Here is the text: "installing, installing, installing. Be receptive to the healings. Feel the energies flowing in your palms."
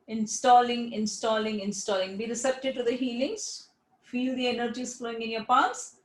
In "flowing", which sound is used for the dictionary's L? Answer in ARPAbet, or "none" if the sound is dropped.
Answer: L